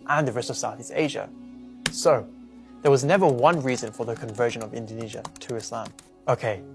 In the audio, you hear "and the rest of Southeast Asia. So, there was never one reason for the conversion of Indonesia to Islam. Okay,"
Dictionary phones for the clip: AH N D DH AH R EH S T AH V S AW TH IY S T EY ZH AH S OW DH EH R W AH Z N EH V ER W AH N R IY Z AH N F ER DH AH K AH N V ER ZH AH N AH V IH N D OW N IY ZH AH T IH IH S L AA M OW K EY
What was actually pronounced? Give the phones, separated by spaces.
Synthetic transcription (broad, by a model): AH N DH AH R EH S T AH V S AW TH IY S T EY ZH AH S OW DH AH R W AH Z N EH V ER W AH N R IY Z AH N F ER DH AH K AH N V ER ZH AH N AH V IH N D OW N IY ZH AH T IH IH S L AA M OW K EY